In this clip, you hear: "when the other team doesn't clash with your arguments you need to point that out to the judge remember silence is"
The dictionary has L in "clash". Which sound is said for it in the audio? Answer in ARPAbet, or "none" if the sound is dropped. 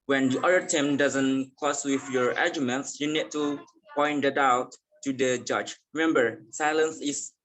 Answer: none